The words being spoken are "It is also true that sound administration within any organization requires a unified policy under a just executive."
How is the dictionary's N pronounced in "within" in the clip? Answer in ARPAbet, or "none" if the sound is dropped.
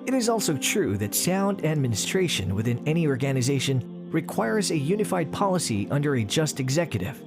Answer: N